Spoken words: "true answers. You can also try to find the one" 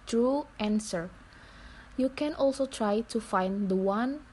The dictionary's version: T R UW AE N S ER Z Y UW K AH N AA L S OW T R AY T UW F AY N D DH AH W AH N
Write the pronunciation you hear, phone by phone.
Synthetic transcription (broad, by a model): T R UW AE N S ER Y UW K AH N AA L S OW T R AY T UW F AY N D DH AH W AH N